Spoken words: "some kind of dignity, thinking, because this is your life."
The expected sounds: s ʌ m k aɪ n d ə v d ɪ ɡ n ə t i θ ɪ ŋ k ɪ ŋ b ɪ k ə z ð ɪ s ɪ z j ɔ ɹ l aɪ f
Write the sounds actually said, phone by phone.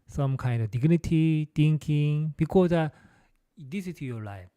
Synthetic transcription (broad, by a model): s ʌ m k aɪ n d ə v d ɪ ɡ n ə t i t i ŋ k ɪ ŋ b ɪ k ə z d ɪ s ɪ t j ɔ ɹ l aɪ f